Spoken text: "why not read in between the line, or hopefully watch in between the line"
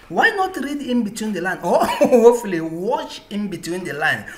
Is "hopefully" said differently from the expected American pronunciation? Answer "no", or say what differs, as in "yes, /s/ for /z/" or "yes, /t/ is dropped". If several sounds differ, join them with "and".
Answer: yes, /p/ is dropped